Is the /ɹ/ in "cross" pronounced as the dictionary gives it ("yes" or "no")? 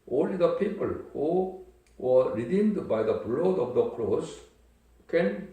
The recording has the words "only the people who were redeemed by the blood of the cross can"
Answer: no